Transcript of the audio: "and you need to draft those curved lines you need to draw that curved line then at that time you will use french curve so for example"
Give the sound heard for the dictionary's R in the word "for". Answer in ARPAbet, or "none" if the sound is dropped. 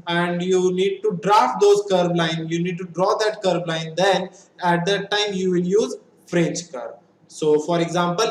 R